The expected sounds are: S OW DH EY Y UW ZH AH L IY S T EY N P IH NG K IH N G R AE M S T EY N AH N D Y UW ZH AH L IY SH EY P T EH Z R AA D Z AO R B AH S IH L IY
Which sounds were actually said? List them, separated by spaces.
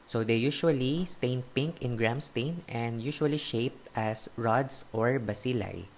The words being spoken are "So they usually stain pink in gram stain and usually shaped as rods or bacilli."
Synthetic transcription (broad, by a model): S OW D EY Y UW SH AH L IY S T EY N P IH NG K IH N G R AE M S T EY N AH N D Y UW SH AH L IY SH EY P T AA S R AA D S AO R B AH S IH L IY